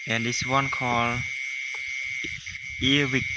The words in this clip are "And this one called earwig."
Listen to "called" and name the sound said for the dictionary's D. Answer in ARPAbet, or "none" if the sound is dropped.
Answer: none